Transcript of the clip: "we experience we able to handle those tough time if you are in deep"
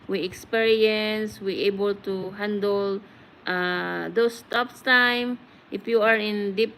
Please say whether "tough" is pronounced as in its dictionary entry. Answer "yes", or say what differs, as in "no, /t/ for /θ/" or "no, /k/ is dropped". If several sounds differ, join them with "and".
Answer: no, /p/ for /f/